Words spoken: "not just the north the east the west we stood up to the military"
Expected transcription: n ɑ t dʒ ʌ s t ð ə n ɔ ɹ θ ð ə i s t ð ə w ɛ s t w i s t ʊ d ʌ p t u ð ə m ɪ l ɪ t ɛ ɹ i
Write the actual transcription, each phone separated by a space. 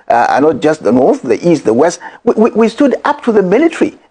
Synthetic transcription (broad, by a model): n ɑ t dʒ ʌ s t ð ə n ɔ ɹ θ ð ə i s t ð ə w ɛ s t w i s t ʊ d ʌ p t u ð ə m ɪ l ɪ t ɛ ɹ i